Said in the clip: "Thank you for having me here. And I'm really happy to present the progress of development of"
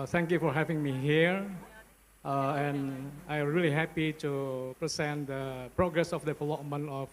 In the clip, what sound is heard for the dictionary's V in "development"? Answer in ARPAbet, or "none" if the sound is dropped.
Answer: F